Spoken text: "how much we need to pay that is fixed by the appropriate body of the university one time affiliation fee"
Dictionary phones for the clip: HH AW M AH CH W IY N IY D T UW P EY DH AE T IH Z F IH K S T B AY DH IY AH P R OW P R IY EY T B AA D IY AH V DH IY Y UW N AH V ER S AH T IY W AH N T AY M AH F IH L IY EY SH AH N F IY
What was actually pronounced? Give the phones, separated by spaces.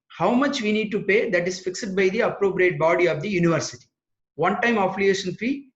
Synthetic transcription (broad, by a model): HH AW M AH CH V IY N IY D T UW P EY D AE T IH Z F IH K S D B AY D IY AH P R OW P R IY EY T B AA D IY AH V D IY Y UW N AH V ER S AH T IY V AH N T AY M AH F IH L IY EY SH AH N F IY